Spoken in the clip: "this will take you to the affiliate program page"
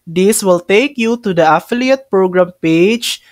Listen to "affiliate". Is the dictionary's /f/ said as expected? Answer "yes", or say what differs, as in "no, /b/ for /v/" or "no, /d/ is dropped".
yes